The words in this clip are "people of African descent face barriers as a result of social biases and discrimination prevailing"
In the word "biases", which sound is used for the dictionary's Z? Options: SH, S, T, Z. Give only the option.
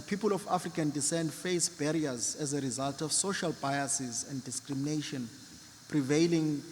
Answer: Z